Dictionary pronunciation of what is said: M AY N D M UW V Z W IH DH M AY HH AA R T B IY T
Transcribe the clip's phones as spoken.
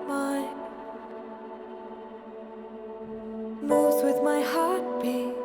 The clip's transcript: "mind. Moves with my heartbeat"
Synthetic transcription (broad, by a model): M AY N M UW Z W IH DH M AY HH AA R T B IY